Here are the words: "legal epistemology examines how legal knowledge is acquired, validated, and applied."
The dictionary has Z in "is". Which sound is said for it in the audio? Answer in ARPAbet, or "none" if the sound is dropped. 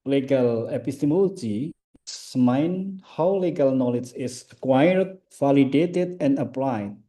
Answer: S